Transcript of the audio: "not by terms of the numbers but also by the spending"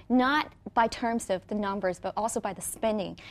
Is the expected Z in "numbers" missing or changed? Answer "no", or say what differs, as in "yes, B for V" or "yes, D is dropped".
no